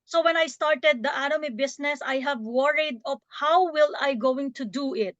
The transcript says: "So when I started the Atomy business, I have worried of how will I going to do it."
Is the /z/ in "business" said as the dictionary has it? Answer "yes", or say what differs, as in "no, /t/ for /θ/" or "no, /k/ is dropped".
no, /s/ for /z/